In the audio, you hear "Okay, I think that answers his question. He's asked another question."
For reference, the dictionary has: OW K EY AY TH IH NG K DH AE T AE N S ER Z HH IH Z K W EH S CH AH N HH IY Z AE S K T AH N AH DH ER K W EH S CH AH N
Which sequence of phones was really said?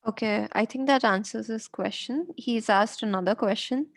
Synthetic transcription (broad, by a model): OW K EY AY T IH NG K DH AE T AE N S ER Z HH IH S K W EH S CH AH N HH IY Z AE S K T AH N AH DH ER K W EH S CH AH N